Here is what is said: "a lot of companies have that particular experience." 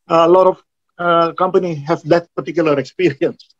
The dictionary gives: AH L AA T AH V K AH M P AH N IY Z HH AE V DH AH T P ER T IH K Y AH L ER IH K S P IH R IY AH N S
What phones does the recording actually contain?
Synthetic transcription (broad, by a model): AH L AA T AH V K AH M P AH N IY HH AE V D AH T P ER T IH K Y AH L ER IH K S P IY R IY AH N S